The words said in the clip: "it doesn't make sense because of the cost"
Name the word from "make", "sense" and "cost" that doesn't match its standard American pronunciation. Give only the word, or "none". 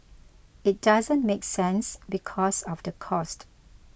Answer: none